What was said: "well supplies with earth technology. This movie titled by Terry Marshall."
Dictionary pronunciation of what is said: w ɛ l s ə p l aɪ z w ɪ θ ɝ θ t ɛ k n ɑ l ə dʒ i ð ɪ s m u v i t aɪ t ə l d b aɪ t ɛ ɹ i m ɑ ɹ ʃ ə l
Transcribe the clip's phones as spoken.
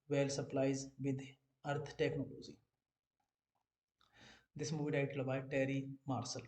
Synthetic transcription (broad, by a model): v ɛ l s ə p l aɪ z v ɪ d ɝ t t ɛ k n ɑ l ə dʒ i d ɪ s m u v i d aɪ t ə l b aɪ t ɛ ɹ i m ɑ ɹ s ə l